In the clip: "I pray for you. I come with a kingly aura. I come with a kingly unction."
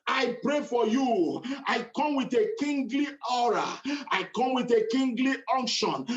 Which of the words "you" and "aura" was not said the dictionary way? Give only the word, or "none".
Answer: none